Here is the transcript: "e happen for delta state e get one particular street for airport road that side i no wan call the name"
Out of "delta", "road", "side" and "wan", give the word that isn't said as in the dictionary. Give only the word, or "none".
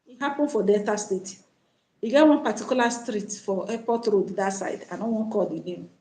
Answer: delta